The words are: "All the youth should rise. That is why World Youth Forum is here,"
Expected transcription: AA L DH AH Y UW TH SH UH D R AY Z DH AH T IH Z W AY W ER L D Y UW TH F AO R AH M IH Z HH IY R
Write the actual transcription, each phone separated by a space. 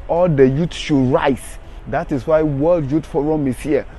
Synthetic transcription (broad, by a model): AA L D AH Y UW T SH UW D R AY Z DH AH T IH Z W AY W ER L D Y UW T F AO R AH M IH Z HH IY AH